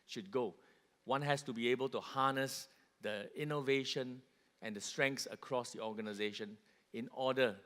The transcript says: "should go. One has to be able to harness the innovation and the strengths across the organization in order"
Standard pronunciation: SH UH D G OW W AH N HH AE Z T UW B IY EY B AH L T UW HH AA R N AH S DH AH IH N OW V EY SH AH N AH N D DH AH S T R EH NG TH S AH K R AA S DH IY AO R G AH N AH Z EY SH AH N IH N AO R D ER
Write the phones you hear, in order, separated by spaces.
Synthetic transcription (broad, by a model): SH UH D G OW W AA N HH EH S T UW B IY EY B AH L T UW HH AA N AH S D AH IH N OW V EY SH AH N AH N D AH S T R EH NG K S AH K R AA S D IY AO G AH N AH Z EY SH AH N IH N AO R D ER